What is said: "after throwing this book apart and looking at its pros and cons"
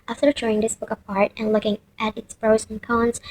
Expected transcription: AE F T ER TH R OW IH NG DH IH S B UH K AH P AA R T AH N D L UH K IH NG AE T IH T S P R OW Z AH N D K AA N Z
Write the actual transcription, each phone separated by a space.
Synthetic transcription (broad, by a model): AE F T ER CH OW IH NG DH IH S B UH K AH P AA R T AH N L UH K IH NG AE T IH T S B R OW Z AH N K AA N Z